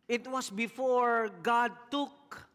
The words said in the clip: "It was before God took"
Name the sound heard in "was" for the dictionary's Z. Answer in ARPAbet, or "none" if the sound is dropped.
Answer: S